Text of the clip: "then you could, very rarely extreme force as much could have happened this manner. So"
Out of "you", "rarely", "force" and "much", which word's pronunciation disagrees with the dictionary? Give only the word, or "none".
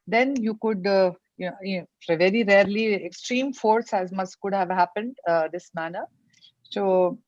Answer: much